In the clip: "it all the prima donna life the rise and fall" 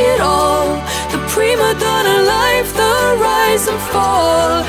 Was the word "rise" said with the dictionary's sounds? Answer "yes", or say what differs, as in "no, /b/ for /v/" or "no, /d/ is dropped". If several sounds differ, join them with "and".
yes